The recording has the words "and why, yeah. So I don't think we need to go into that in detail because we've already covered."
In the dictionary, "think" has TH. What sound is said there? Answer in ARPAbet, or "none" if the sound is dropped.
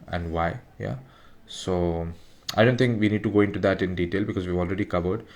T